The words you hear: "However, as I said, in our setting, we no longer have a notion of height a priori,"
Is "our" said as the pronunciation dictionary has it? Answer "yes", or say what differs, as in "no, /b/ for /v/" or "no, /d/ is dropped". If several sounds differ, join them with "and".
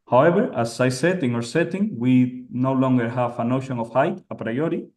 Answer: yes